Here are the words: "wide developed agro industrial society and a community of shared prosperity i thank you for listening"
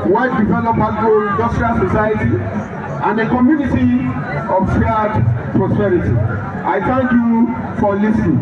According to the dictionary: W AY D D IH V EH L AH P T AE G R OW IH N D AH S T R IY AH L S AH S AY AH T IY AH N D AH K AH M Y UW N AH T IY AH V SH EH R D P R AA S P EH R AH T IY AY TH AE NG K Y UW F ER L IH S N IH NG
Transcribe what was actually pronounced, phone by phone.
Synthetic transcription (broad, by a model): W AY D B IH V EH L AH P AA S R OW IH N D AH S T R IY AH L S AH S AY AH T IY AH N D AH K AH M Y UW N AH T IY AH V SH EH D P R AA S P EH R AH T IY AY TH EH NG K Y UW F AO L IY S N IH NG